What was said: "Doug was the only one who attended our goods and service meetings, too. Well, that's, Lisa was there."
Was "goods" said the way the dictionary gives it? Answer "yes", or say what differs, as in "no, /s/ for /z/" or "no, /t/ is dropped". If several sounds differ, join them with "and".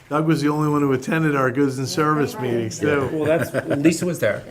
yes